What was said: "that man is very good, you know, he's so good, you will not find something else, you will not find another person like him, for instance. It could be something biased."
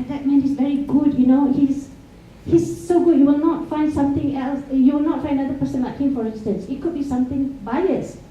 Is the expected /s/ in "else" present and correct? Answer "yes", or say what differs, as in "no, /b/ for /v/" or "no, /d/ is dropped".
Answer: yes